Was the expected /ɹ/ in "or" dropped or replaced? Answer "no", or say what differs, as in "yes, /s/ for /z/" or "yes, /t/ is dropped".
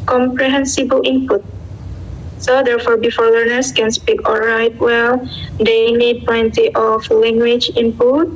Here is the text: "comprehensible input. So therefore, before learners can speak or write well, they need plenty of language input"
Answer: yes, /l/ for /ɹ/